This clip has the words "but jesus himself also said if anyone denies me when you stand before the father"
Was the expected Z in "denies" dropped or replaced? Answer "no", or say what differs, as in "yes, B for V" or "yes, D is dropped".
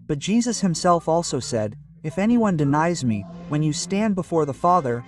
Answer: no